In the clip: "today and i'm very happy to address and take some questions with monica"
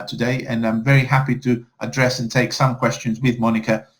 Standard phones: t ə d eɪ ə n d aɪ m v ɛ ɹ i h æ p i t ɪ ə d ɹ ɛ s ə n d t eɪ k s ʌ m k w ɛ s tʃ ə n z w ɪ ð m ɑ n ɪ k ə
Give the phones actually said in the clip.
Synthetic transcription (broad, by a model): t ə d eɪ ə n aɪ m v ɛ ɹ i h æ p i t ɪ ə d ɹ ɛ s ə n t eɪ k s ʌ m k w ɛ s tʃ ə n z w ɪ ð m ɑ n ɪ k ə